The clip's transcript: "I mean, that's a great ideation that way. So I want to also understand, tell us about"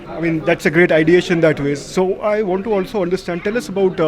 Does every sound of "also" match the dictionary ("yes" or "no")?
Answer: yes